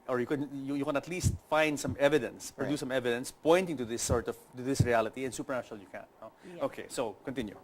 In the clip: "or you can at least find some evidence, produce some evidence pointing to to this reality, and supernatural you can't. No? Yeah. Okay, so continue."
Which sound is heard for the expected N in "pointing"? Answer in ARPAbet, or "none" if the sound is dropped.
N